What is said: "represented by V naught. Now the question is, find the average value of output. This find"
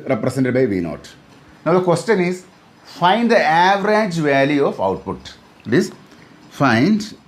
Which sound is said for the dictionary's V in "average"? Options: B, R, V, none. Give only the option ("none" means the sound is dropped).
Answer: V